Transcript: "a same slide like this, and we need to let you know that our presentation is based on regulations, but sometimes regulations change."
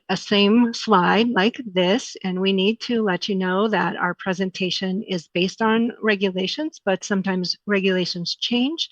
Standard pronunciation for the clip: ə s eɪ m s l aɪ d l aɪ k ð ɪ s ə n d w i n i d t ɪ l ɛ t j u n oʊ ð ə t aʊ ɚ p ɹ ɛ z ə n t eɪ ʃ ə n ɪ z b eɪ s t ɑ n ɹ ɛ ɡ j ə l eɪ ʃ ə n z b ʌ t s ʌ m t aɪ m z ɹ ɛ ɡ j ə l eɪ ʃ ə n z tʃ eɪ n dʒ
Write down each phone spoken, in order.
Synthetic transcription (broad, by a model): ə s eɪ m s l aɪ d l aɪ k ð ɪ s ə n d w i n i d t ɪ l ɛ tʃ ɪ n oʊ ð ə t aʊ ɚ p ɹ ɛ z ə n t eɪ ʃ ə n ɪ z b eɪ s t n ɹ ɛ ɡ j ə l eɪ ʃ ə n z b ʌ t s ʌ m t aɪ m z ɹ ɛ ɡ j ə l eɪ ʃ ə n z tʃ eɪ n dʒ